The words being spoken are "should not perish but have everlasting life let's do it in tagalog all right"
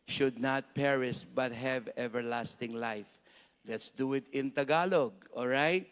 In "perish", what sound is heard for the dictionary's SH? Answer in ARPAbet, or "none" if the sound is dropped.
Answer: S